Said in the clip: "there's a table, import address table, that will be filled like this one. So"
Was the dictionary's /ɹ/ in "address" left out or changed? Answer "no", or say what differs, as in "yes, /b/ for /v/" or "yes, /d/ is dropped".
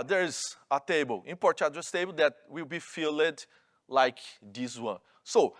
yes, /ɹ/ is dropped